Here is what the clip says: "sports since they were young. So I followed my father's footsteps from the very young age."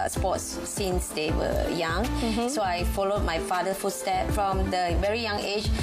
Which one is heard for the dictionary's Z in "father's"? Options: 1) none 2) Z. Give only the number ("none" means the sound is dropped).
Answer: 1